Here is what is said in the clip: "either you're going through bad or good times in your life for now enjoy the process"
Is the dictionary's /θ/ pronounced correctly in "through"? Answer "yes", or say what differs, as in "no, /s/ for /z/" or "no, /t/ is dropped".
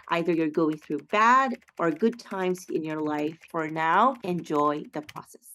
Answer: yes